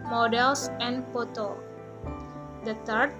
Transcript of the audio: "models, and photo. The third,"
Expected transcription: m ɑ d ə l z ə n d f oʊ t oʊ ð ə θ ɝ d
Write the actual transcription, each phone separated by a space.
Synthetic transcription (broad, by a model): m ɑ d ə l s ə n d p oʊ t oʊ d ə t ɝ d